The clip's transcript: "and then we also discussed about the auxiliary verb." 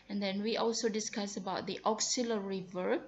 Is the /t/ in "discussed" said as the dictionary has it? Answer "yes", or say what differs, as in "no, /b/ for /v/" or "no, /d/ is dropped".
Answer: no, /t/ is dropped